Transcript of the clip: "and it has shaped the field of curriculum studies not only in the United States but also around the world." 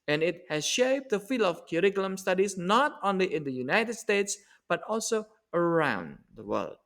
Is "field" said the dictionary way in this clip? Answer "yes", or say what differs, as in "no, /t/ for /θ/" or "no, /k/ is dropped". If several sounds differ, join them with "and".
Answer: no, /d/ is dropped